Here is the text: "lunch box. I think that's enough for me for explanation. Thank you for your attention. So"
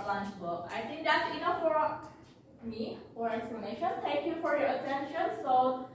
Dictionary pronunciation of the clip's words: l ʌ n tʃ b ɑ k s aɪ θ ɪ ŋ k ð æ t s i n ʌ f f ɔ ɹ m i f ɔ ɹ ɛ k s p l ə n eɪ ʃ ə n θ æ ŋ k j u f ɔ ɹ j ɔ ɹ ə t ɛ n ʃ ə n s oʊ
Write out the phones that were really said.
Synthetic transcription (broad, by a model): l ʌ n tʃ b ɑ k aɪ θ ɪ ŋ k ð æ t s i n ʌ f f ɔ ɹ m i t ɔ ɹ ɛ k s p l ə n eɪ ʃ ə n t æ ŋ k j u f ɔ ɹ j ɔ ɹ ə t ɛ n ʃ ə n s oʊ